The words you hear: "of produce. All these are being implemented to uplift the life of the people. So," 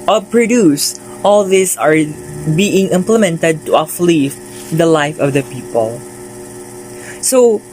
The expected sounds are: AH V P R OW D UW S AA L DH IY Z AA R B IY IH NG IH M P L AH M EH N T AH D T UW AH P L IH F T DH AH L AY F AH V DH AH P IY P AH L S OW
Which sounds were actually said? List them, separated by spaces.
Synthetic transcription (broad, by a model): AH P R OW D UW S AA L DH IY S AA R B IY IH NG IH M P L AH M EH N T AH D T UW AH F L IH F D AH L AY F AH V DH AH P IY P AH L S OW